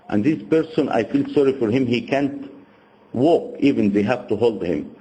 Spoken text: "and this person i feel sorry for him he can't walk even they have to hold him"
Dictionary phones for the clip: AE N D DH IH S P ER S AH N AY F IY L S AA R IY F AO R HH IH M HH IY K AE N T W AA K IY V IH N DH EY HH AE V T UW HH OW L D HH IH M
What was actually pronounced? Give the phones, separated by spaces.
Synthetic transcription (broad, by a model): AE N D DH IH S P ER S AH N AY F IY L S AA R IY F AO R HH IH M HH IY K AE N T W AA K IY V IH N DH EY HH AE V T UW HH OW L D HH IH M